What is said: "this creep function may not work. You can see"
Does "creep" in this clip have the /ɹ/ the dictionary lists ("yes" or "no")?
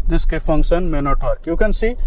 no